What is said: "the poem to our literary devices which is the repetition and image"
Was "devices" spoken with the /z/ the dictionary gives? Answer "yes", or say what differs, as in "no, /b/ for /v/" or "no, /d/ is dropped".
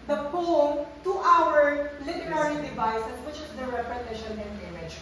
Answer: no, /s/ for /z/